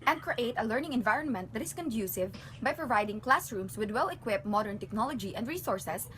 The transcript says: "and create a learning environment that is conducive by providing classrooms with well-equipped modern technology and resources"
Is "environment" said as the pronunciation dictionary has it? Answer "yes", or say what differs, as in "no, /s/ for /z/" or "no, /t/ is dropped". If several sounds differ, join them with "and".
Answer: yes